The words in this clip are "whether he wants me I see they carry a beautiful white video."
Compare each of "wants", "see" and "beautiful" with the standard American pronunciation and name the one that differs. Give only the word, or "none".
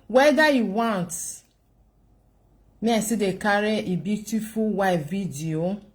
wants